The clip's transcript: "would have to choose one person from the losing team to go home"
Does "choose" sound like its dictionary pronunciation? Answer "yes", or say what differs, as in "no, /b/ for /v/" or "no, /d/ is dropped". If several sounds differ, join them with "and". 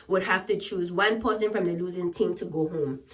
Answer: yes